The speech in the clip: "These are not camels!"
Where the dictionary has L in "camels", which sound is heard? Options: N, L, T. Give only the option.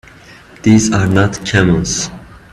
N